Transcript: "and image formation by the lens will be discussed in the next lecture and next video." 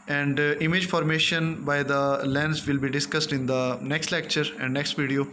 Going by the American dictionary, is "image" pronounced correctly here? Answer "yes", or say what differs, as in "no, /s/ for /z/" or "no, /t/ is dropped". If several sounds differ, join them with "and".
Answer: yes